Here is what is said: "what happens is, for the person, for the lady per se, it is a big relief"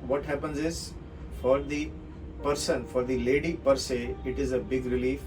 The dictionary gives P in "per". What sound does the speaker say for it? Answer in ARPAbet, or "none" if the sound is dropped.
P